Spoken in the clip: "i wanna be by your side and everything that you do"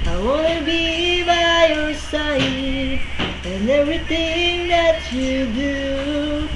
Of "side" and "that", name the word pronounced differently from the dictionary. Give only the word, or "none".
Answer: side